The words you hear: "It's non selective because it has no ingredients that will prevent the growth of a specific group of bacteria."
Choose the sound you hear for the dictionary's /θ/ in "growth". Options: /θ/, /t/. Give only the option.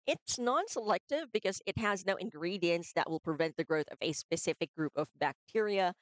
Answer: /θ/